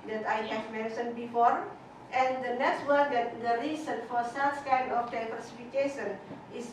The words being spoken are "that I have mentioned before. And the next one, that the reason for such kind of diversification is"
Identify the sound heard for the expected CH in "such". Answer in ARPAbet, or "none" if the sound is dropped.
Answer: S